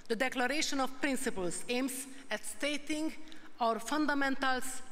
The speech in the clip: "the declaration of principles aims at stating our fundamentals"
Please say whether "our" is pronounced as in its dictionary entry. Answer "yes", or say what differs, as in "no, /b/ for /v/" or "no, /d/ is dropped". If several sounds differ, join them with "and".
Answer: yes